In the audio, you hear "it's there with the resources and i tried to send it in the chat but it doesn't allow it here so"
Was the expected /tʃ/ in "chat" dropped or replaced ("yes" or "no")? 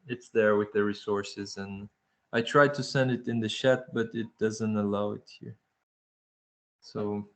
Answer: yes